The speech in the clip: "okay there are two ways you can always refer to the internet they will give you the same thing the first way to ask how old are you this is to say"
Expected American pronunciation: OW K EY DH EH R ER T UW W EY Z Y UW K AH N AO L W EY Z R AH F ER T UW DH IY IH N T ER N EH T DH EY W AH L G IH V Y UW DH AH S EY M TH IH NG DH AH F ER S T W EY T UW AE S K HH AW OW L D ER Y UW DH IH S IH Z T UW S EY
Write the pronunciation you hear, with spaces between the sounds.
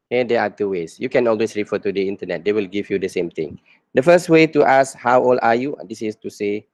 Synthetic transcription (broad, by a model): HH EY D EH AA T UW W EY S Y UW K AH N AO L W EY S R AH F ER T UW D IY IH N T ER N EH T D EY W AH L G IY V Y UW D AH S EY M T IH NG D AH F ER S T W EY T UW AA S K HH AW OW L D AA Y UW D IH S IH S T UW S EY